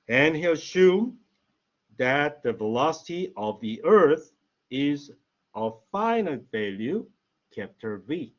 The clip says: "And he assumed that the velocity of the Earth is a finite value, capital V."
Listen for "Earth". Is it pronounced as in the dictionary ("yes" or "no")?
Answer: yes